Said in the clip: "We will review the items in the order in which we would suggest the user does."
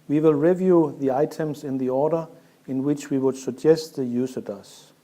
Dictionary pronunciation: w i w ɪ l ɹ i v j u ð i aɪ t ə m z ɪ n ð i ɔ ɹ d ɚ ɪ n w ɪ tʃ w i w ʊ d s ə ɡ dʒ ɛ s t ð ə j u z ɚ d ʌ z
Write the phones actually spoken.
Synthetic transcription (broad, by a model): w i w ɪ l ɹ i v j u ð i aɪ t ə m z ɪ n ð i ɔ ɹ d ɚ ɪ n w ɪ tʃ w i w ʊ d s ə ɡ dʒ ɛ s t ð ə j u s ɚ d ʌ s